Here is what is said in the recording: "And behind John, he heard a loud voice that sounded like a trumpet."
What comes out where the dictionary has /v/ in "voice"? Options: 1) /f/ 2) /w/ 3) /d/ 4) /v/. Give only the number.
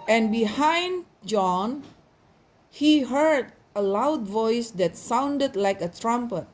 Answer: 4